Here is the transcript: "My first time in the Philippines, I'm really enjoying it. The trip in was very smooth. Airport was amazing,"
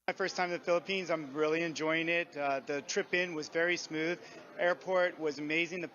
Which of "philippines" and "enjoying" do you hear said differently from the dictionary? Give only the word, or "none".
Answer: none